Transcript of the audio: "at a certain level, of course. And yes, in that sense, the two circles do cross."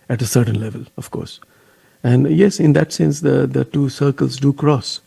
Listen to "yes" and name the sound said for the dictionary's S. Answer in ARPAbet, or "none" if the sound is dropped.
S